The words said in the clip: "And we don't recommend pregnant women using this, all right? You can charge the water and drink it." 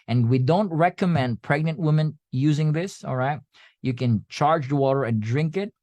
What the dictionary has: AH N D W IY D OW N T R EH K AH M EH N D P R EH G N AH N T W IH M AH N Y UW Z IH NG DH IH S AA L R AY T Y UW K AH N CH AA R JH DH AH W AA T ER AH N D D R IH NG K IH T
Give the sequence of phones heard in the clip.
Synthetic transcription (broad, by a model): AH N W IY D OW N T R EH K AH M EH N D P R EH G N AH N T W IH M AH N Y UW Z IH NG DH IH S AA L R AY T Y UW K AH N CH AA R JH DH AH W AA T ER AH N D D R IH NG K IH T